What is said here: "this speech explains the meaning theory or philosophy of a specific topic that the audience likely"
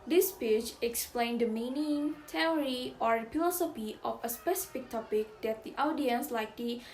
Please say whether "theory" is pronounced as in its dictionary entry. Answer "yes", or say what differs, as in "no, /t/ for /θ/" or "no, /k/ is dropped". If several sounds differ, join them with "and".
no, /t/ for /θ/